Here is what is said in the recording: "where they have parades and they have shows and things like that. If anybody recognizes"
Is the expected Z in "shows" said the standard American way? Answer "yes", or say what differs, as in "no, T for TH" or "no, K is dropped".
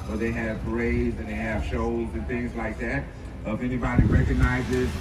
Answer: yes